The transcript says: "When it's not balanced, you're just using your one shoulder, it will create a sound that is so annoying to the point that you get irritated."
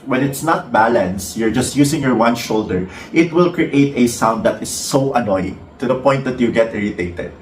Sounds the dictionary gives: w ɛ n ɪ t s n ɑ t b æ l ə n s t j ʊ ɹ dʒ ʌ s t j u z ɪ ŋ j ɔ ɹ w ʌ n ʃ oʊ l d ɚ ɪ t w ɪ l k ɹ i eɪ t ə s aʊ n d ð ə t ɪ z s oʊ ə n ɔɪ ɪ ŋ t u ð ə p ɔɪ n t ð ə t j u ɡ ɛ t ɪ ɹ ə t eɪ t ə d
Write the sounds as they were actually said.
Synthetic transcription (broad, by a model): w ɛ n ɪ t s n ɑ t b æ l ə n s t j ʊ ɹ dʒ ʌ s t j u s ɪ ŋ j ɔ ɹ w ʌ n ʃ oʊ l d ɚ ɪ t w ɪ l k ɹ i eɪ t ə s aʊ n d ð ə t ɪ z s oʊ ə n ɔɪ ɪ t u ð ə p ɔɪ n t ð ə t j u ɡ ɛ t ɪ ɹ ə t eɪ t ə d